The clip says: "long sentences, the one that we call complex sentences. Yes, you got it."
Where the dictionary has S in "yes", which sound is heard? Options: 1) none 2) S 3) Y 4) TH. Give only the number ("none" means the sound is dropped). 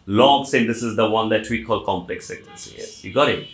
1